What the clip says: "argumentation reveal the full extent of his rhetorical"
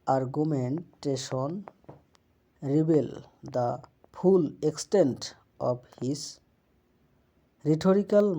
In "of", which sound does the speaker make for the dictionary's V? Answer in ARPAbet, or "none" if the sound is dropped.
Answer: B